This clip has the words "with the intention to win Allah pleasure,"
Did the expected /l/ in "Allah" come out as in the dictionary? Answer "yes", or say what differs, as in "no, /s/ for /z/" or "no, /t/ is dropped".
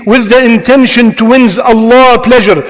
yes